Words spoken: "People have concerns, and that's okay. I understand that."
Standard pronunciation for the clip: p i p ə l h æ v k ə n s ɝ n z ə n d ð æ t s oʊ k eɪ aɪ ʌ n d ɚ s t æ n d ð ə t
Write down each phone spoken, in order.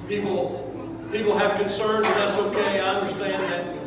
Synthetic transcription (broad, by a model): p i p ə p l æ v k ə n s ɝ n ə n ð æ t s oʊ k eɪ aɪ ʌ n d ɚ s t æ n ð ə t